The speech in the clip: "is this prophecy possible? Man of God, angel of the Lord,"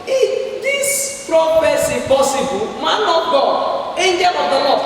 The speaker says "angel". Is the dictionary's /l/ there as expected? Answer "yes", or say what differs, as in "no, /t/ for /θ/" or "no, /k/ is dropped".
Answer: no, /w/ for /l/